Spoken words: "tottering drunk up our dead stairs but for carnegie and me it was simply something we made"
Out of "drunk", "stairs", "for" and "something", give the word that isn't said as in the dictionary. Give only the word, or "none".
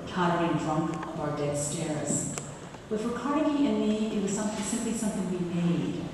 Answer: none